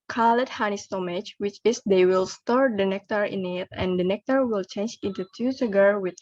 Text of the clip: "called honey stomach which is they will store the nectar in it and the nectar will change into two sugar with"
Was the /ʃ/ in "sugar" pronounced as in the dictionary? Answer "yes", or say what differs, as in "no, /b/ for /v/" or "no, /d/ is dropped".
no, /s/ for /ʃ/